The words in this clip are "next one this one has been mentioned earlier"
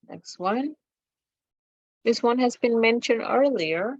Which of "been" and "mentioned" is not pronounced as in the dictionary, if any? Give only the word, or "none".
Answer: none